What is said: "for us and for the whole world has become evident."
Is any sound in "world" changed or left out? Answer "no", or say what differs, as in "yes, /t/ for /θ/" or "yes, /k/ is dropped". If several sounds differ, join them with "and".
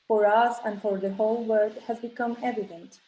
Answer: yes, /l/ is dropped